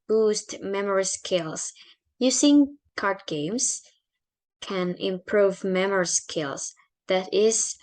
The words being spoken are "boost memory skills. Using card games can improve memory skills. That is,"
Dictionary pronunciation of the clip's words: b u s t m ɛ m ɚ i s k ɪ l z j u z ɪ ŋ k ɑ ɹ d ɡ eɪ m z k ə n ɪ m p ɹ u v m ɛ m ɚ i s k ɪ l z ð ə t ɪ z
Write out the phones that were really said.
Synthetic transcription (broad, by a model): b u s t m ɛ m ɚ i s k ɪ l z j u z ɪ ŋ k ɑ ɹ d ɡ eɪ m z k ə n ɪ m p ɹ u v m ɛ m ɚ i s k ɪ l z ð ə t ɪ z